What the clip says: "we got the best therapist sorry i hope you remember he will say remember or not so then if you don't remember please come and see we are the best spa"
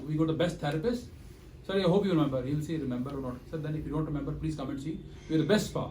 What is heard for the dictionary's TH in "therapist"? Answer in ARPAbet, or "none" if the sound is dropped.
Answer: T